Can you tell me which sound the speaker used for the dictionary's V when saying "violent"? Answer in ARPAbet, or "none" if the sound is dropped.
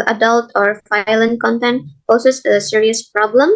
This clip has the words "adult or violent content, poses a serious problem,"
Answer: F